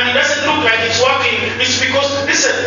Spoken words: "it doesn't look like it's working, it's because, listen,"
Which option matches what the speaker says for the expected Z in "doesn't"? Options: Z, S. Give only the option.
S